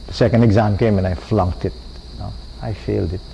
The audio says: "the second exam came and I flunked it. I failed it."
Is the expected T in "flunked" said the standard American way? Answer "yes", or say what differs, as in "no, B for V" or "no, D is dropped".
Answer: yes